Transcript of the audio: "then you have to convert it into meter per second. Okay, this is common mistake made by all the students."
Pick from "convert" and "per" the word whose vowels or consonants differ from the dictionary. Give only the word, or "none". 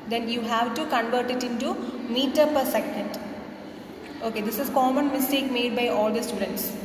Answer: none